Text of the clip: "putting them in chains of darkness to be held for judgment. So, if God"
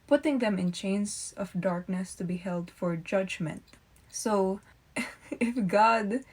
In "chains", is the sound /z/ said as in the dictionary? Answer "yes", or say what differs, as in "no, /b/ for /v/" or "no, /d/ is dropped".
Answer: no, /s/ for /z/